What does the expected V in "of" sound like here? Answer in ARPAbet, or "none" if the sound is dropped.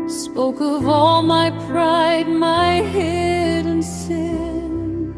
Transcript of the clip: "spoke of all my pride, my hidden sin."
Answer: V